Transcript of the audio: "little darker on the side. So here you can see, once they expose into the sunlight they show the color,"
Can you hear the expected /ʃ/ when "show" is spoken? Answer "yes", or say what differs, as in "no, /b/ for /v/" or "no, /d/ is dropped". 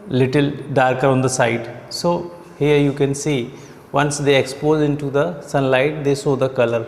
no, /s/ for /ʃ/